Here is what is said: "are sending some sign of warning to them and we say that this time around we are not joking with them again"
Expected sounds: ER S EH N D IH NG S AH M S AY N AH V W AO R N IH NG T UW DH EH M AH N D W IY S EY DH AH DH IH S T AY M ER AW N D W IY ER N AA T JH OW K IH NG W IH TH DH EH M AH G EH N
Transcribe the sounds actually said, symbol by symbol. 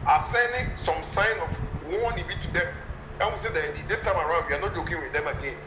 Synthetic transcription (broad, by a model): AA S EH N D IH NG S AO M S AY N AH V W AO W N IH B T UW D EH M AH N W IY S EY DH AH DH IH S T AY M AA AW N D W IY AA N AA T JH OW K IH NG W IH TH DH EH M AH G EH N